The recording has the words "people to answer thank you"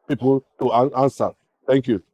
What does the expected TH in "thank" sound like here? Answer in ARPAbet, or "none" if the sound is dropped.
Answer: T